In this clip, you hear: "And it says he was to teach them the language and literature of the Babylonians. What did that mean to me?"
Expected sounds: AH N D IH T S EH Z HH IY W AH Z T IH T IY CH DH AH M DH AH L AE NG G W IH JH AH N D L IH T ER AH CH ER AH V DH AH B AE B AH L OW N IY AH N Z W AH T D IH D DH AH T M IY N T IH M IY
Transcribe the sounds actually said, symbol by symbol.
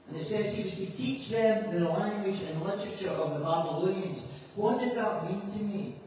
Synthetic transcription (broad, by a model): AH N IH T S EH Z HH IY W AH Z T IH T IY CH DH AH M DH AH L AE NG G W IH JH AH N L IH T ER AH CH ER AH V DH AH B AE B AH L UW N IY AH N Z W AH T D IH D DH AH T M IY N T IH M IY